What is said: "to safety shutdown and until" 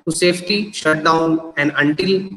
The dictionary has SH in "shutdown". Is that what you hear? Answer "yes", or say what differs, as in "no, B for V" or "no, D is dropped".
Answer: yes